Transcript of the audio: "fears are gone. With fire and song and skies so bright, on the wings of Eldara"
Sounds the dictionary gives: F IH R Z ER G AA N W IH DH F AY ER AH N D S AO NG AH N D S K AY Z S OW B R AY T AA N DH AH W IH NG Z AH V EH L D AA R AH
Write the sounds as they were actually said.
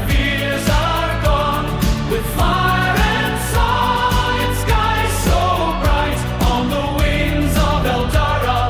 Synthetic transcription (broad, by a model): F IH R Z ER G AA N W IH DH F AY ER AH N S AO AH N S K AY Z S OW B R AY T N DH AH W IH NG Z AH V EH L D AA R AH